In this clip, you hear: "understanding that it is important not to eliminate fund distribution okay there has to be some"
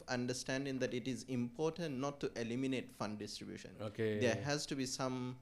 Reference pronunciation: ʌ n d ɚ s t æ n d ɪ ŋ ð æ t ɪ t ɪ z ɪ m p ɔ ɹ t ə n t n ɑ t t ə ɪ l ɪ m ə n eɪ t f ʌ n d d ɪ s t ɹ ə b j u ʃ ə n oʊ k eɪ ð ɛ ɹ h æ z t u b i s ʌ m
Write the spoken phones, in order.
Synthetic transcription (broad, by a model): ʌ n d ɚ s t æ n d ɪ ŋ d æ t ɪ t ɪ z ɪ m p ɔ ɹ t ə n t n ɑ t t ə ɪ l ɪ m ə n eɪ t f ʌ n d d ɪ s t ɹ ə b j u ʃ ə n oʊ k eɪ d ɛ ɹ h æ z t u b i s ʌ m